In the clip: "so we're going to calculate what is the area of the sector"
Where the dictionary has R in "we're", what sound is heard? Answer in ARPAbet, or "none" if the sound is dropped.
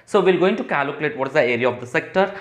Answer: L